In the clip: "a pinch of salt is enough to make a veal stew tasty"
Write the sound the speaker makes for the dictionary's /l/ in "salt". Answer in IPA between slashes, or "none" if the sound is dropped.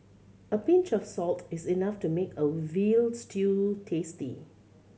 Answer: /l/